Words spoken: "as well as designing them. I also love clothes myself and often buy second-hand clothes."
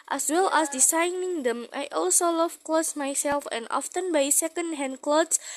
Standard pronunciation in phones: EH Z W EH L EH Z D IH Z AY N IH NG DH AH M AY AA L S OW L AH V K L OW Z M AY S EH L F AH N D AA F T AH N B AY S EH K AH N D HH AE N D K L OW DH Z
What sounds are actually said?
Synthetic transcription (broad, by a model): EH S W EH L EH S D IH S AY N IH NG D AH M AY AA L S OW L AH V K L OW S M AY S EH L F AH N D AA F T AH N B AY S EH K AH N D HH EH N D K L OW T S